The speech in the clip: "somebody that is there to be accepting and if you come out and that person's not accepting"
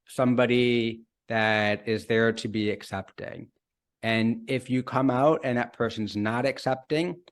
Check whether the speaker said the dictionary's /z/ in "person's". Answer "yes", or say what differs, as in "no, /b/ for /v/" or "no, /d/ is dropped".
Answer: yes